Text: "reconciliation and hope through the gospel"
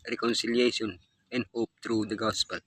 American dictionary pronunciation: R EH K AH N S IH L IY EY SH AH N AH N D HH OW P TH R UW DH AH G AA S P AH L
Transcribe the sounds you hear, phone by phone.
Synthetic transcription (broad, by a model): R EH K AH N S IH L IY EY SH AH N AH N D HH OW P T R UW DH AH G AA S P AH L